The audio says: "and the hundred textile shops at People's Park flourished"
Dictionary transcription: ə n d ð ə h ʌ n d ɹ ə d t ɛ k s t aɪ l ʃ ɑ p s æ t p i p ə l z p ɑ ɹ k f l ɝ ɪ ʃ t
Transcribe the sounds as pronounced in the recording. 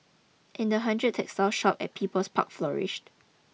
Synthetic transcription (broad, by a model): ə n d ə h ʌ n d ɹ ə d t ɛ k s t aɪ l ʃ ɑ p ɛ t p i p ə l s p ɑ k f l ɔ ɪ ʃ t